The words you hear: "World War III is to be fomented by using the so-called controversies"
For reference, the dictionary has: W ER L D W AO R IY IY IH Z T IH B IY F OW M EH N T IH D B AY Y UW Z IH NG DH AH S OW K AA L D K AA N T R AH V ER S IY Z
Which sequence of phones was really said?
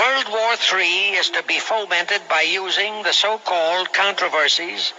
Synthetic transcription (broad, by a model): ER L D W AO R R IY IH Z T IH B IY F OW M EH N T IH D B AY Y UW Z IH NG DH AH S OW K AA L D K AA N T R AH V ER S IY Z